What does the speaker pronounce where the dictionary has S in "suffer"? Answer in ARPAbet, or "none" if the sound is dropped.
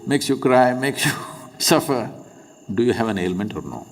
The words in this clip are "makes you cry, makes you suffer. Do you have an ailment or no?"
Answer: S